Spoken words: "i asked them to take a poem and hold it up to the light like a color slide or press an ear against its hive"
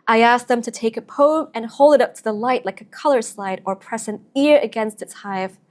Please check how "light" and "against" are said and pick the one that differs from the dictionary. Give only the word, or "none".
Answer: none